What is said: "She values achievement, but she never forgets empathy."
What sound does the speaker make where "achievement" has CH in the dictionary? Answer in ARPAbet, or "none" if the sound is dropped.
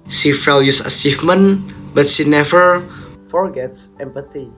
S